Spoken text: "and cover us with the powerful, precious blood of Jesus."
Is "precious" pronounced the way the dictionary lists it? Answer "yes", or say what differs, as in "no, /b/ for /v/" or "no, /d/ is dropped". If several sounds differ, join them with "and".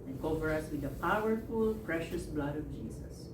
yes